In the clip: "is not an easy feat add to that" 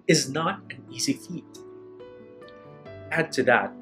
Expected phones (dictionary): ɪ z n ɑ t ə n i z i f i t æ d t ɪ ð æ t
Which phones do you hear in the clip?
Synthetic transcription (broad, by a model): ɪ z n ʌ t ə n i z i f i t æ d t ɪ ð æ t